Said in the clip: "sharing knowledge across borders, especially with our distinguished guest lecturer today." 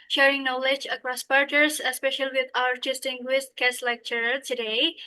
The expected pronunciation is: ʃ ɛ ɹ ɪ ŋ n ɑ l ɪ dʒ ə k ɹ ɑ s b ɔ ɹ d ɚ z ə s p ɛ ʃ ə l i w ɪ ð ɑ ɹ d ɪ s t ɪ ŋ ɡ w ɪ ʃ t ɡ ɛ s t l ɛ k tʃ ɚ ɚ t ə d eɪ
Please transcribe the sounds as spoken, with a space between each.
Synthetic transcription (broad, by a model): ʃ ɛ ɹ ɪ ŋ n ɑ l ɪ dʒ ə k ɹ ɑ s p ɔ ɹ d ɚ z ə s p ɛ ʃ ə l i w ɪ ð ɑ ɹ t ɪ s t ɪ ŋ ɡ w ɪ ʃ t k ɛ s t l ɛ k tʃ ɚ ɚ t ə d eɪ